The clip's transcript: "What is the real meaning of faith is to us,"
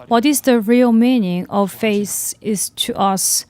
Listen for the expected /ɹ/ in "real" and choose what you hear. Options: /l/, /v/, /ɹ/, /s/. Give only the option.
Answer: /ɹ/